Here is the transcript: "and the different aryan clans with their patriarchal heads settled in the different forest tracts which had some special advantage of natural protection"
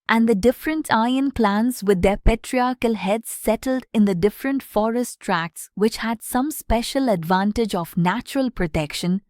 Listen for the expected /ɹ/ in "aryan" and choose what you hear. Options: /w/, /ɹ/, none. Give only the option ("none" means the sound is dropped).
none